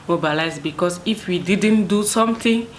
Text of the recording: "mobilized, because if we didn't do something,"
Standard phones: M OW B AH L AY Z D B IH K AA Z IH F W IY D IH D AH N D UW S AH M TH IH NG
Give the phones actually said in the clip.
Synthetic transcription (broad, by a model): M OW B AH L AY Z B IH K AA S IH F W IY D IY D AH N D UW S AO M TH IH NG